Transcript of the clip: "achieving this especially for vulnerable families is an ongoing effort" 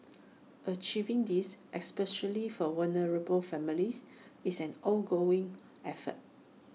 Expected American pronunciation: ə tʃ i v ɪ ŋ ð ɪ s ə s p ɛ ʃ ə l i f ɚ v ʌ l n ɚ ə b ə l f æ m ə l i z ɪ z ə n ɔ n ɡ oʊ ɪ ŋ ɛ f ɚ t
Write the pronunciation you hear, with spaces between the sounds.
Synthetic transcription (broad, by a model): ə tʃ i v ɪ ŋ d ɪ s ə s p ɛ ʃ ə l i f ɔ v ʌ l n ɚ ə b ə l f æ m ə l i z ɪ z ə n ɔ l ɡ oʊ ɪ ŋ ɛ f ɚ t